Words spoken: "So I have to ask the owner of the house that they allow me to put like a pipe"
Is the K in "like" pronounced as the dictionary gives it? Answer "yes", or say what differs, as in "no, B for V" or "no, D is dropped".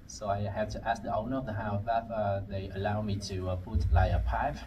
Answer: no, K is dropped